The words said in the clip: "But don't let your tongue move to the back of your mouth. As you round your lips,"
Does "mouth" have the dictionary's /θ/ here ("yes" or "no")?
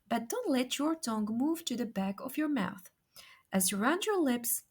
yes